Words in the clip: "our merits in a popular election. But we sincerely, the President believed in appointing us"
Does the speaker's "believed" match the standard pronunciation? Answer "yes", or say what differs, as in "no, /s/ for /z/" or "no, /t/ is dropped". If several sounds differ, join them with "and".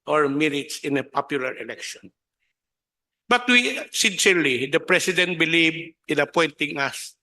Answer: no, /d/ is dropped